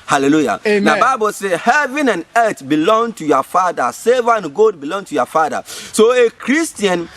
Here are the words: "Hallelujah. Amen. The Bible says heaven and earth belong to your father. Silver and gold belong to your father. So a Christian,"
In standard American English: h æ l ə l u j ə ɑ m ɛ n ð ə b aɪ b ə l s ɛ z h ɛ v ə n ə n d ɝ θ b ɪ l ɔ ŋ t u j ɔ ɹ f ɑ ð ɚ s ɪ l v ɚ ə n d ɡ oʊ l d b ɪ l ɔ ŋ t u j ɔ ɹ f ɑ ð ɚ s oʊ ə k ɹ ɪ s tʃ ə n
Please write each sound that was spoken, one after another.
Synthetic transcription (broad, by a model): h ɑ l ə l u j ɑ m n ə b aɪ b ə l s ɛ h ɛ v ə n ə n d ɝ t b ɪ l ɔ ŋ t u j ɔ f ɑ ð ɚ s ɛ v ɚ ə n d ɡ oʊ d b ɪ l ɔ ŋ t u j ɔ f ɑ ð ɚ s oʊ ə k ɹ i s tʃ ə n